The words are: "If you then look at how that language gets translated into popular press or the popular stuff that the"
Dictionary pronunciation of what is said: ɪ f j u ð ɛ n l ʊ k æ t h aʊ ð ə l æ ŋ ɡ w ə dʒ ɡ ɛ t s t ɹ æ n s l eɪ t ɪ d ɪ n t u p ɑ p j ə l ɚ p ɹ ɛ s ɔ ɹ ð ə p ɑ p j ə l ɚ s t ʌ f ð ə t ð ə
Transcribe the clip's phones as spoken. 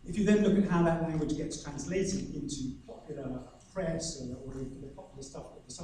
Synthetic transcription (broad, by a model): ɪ f j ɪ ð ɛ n l ʊ k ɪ t h aʊ ð ə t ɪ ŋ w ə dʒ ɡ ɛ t t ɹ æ n s l eɪ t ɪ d ɪ n t u p ɑ p j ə l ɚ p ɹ ɛ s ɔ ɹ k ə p ɑ p j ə l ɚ s t ʌ f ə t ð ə